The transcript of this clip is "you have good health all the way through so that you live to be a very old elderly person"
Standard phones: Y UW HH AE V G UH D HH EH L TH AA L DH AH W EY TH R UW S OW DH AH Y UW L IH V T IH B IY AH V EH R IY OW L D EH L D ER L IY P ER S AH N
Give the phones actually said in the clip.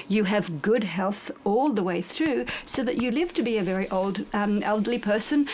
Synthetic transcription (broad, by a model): Y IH V G UH D HH EH L TH AA L DH AH W EY TH R UW S OW DH AH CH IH L IH V T IH B IY AH V EH R IY OW L D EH L D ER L IY P ER S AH N